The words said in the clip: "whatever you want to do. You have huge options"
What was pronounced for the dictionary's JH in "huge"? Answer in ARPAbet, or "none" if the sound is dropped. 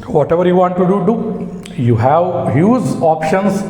Z